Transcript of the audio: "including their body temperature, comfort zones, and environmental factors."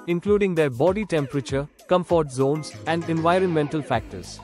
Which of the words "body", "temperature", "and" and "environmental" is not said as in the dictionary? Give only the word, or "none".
none